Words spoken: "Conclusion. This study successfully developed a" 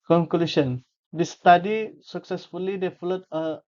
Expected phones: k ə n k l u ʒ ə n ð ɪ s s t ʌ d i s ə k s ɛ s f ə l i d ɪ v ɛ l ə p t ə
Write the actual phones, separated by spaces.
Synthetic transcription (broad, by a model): k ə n k l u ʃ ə n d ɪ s s t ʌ d i s ə k s ɛ s f ə l i d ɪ f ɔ l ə t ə